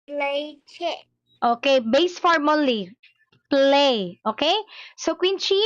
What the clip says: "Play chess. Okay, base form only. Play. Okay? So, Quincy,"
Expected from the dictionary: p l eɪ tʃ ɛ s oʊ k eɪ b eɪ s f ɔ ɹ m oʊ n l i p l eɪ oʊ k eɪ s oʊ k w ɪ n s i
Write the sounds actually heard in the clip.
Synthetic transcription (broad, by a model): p l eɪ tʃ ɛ oʊ k eɪ b eɪ s f ɔ ɹ m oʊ l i p l eɪ oʊ k eɪ s oʊ k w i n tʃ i